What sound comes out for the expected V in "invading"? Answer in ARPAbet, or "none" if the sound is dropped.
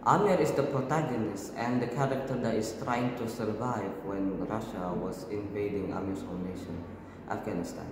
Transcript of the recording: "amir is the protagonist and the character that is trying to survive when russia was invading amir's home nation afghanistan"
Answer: V